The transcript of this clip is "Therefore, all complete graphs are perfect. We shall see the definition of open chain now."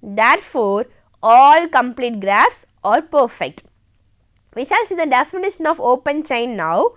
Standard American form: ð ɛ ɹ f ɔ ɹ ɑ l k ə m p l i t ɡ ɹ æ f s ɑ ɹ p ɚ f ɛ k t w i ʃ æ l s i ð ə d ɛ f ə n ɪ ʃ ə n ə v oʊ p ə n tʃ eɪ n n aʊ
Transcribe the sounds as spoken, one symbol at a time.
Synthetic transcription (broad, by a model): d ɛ ɹ f ɔ ɹ ɑ l k ə m p l i t ɡ ɹ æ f s ɑ ɹ p ɚ f ɛ k t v i ʃ æ l s i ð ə d ɛ f ə n ɪ ʃ ə n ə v oʊ p ə n tʃ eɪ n n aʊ